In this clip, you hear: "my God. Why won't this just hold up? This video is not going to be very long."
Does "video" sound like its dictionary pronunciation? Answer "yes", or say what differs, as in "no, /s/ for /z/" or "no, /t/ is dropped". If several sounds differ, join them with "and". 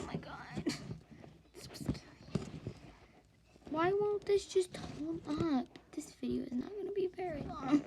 no, /f/ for /v/